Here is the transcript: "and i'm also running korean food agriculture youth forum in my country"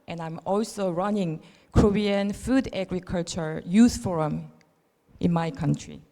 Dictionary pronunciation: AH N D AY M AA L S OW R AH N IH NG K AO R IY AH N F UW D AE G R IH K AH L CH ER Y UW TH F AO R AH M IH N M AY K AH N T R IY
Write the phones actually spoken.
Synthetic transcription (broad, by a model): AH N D AY M AA L S OW R AH N IH NG K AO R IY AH N F UW D AE G R IH K AH L CH ER Y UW S F AO R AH M IH N M AY K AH N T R IY